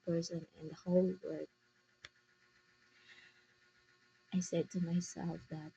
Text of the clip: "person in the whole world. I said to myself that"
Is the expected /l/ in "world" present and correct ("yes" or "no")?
no